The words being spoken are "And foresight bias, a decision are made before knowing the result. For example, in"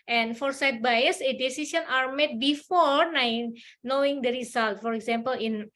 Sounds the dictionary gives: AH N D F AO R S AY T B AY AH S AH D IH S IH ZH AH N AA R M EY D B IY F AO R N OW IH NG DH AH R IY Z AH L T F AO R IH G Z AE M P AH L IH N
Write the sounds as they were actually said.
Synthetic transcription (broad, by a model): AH N F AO R S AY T B AY AH S AH D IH S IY S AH N AA R M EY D B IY F AO R N OW IH NG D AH R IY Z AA L T F AO R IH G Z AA M P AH L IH N